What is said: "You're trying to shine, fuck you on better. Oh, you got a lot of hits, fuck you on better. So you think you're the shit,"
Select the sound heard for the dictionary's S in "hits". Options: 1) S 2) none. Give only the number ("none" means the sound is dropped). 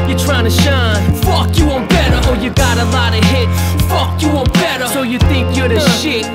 2